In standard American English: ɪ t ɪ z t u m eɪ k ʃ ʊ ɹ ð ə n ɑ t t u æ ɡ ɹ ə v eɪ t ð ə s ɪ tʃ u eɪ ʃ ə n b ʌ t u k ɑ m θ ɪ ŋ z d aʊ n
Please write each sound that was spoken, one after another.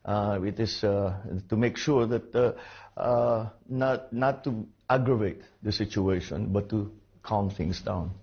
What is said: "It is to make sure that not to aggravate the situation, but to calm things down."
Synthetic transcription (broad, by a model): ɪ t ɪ s t u m eɪ k ʃ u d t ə n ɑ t t u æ ɡ ɹ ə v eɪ t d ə s ɪ tʃ u eɪ ʃ ə n b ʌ t u k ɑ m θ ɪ ŋ s d aʊ n